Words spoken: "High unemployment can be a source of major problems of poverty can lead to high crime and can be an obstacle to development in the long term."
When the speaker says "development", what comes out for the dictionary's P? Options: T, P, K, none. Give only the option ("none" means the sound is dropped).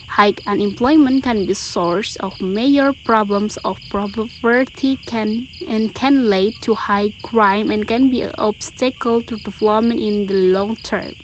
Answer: none